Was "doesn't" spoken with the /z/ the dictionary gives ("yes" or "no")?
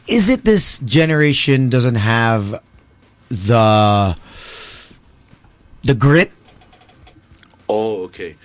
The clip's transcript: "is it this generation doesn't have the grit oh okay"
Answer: yes